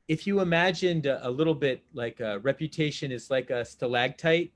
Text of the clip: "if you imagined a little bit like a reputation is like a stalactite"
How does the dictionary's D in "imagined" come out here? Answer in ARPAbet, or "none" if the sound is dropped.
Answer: D